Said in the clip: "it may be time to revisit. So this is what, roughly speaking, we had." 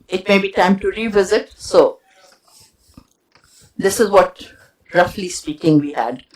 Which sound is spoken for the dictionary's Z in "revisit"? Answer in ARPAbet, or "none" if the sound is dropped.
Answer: Z